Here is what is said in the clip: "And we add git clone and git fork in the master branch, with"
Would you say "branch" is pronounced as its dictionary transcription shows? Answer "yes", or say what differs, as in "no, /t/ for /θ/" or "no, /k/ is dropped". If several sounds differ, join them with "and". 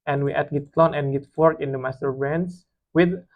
no, /s/ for /tʃ/